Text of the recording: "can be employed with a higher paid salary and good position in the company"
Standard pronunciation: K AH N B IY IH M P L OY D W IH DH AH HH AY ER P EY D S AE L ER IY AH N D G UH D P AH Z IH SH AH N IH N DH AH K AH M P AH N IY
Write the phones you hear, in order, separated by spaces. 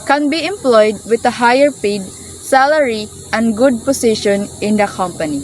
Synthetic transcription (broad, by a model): K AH N B IY IH M P L OY D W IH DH AH HH AY ER P EY D S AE L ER IY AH N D G UH D P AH S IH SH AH N IH N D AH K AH M P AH N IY